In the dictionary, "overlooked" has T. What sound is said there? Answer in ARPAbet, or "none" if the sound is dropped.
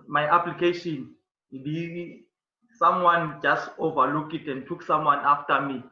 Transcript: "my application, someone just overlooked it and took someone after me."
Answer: none